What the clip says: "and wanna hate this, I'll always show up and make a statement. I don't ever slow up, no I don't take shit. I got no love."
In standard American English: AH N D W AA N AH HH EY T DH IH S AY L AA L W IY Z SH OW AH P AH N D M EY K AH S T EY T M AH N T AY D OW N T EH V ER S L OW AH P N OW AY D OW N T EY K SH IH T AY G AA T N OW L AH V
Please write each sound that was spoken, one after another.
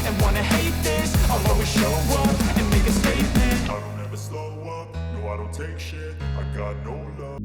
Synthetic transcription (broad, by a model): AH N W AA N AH HH EY T DH IH S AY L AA W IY SH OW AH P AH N M EY K AH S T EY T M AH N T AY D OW N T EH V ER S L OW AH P N OW AY D OW N T EY K SH IH T AY G AA T N OW L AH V